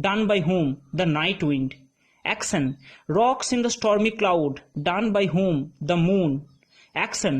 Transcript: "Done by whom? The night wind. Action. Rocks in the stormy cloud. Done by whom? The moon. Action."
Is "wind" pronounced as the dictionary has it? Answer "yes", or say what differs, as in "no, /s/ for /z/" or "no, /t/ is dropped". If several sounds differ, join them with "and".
yes